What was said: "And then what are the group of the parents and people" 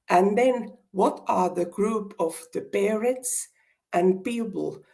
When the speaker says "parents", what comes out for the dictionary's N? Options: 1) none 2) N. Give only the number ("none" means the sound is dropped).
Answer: 1